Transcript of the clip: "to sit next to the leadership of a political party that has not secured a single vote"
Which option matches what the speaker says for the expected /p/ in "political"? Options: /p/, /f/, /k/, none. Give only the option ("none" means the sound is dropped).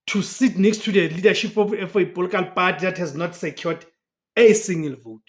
/f/